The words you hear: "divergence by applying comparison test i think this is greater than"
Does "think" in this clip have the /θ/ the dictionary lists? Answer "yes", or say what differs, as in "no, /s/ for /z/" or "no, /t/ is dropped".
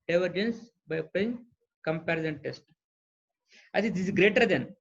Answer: no, /s/ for /θ/